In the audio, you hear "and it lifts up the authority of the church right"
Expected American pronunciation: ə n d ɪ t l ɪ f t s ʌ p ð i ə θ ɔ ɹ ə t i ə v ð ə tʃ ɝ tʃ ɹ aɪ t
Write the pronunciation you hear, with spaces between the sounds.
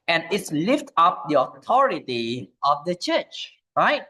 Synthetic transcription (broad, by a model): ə n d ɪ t l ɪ f t ʌ p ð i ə t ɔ ɹ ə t i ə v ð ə tʃ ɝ tʃ ɹ aɪ t